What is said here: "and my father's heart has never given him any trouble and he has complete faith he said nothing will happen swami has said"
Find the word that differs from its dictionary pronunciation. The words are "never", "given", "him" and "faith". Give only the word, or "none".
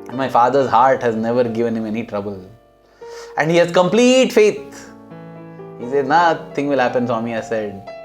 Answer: faith